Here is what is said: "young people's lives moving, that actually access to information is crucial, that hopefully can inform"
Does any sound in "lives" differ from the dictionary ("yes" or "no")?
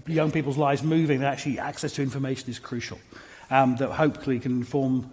no